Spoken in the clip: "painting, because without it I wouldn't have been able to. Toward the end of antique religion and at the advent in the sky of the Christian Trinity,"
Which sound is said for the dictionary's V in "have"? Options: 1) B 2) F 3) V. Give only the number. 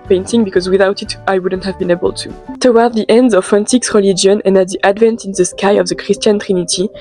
3